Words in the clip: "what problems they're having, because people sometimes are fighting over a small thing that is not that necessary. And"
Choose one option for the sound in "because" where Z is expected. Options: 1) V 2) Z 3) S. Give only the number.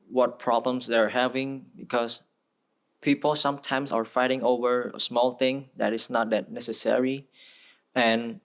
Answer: 3